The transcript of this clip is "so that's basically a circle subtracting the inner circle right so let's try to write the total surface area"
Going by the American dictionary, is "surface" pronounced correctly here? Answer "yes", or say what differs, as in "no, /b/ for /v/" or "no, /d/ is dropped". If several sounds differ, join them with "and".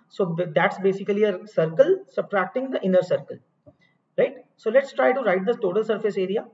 yes